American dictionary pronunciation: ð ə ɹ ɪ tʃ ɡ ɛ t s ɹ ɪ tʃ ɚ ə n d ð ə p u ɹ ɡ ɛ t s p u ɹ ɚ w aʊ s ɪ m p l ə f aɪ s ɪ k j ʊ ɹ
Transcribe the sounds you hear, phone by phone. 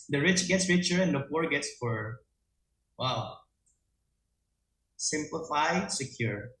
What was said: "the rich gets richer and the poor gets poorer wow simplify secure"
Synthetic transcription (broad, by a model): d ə ɹ ɪ tʃ ɡ ɛ t s ɹ ɪ tʃ ɚ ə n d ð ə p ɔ ɹ ɡ ɛ t s f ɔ ɹ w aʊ s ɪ m p l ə f aɪ s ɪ k j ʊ ɹ